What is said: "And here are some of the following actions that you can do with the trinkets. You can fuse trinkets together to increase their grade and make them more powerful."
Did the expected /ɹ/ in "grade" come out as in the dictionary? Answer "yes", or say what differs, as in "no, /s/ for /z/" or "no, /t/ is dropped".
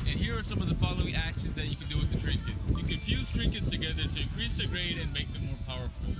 yes